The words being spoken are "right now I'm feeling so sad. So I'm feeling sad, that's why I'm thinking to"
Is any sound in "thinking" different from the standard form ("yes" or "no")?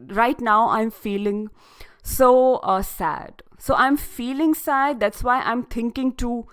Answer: yes